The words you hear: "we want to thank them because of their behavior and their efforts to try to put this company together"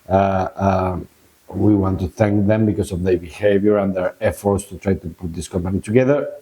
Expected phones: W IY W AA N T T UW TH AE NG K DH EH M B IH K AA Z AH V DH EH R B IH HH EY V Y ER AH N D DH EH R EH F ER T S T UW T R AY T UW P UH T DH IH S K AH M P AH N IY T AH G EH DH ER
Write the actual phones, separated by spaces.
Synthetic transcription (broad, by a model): W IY W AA N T T UW TH AE NG K DH EH M B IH K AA S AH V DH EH R B IH HH EY V Y ER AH N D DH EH R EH F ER T S T UW T R AY T UW P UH T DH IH S K AH M P AH N IY T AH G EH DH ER